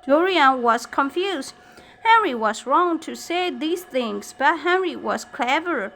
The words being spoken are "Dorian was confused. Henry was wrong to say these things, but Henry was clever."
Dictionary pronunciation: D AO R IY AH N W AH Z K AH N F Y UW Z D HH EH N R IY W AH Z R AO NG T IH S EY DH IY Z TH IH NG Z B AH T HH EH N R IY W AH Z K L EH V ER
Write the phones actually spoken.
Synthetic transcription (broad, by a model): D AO R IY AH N W AH Z K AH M F Y UW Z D HH EH N R IY W AH Z R AO NG T IH S EY DH IY Z TH IH NG Z B AH T HH EH N R IY W AH Z K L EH V ER